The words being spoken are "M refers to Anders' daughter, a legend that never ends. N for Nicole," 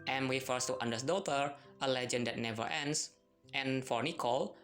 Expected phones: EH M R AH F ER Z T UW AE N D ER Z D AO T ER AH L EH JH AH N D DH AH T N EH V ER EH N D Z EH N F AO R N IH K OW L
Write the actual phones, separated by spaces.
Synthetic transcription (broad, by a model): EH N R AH F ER S T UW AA N D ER S D AO T ER AH L EH JH AH N D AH T N EH V ER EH N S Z EH N F AO R N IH K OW L